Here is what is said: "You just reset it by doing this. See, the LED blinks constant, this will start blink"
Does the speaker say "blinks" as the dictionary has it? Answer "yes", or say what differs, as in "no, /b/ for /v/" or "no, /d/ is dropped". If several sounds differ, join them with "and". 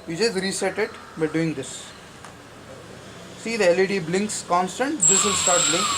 yes